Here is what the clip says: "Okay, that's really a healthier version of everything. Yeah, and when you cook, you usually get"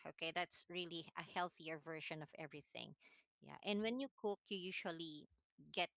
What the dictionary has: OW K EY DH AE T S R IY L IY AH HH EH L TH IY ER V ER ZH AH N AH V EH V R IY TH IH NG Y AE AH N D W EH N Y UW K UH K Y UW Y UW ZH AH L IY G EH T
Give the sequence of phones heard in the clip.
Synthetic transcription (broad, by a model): OW K EY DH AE T S R IY L IY AH HH EH L TH IY ER V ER SH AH N AH V EH V R IY TH IH NG Y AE AH N D W EH N Y UW K UH K Y UW Y UW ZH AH L IY G EH T